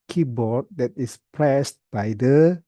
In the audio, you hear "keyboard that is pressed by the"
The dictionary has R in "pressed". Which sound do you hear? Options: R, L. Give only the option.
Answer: L